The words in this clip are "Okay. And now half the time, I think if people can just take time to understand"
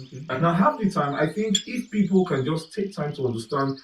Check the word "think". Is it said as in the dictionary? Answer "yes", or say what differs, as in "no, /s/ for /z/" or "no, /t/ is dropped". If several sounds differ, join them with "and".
yes